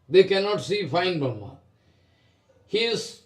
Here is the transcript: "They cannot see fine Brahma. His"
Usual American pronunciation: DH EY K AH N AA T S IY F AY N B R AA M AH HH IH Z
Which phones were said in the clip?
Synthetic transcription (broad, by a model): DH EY K AH N AA T S IY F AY N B AA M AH HH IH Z